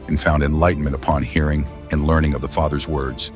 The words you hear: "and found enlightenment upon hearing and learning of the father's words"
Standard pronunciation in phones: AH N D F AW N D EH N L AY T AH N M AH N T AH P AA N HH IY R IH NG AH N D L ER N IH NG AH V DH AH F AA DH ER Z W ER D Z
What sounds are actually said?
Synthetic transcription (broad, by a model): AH N F AW N D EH N L AY T N M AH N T AH P AA N HH IY R IH NG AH N L ER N IH NG AH V DH AH F AA DH ER Z W ER D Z